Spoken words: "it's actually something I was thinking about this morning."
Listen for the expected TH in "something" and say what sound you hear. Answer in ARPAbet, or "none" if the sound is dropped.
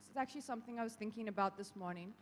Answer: TH